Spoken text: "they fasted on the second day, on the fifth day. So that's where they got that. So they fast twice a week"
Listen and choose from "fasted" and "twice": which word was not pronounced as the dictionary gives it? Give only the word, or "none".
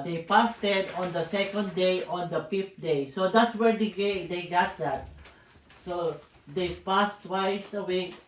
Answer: fasted